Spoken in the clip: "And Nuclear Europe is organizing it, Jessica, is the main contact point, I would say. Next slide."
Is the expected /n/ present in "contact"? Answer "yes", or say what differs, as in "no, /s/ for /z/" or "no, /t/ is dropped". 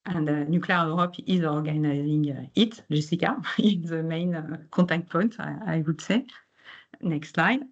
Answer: no, /n/ is dropped